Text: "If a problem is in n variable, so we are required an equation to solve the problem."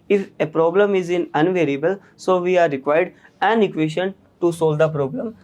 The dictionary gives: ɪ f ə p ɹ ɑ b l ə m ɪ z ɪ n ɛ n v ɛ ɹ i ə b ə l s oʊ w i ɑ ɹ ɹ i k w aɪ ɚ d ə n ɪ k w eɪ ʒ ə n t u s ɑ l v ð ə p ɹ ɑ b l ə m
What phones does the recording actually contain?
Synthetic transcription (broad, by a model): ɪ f ə p ɹ ɑ b l ə m ɪ z ɪ n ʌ n v ɛ ɹ i ə b ə l s oʊ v i ɑ ɹ ɹ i k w aɪ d d ə n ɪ k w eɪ ʃ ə n t u s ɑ l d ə p ɹ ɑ b l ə m